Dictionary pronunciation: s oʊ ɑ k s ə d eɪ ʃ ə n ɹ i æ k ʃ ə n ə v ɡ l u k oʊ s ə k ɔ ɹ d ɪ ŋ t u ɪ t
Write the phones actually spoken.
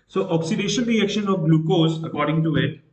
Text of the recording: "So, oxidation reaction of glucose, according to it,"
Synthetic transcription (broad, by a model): s oʊ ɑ k s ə d eɪ ʃ ə l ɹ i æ k ʃ ə n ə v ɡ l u k oʊ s ə k ɔ ɹ d ɪ ŋ t u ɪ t